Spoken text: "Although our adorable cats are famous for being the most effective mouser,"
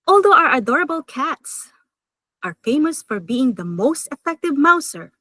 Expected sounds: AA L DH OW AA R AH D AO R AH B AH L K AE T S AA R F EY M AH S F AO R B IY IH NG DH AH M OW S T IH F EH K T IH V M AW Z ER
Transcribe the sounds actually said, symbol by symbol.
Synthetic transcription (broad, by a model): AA L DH OW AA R AH D AO R AH B AH L K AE T S AA R F EY M AH S F AO R B IY IH NG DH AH M OW S T IH F EH K T IH V M AW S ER